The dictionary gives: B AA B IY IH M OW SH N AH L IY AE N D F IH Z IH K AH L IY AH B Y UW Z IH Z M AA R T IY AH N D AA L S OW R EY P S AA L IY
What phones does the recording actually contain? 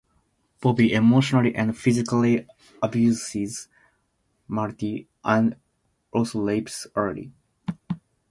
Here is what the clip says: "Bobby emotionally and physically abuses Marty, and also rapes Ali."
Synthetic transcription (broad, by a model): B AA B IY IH M OW SH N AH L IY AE N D F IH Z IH K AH L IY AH B Y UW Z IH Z M AA R T IY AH N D AA L S OW L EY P S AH L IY